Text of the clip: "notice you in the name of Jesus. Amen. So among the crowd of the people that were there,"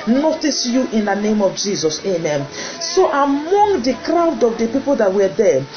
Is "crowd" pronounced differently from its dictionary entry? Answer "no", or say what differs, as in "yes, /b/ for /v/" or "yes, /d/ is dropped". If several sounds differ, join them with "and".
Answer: no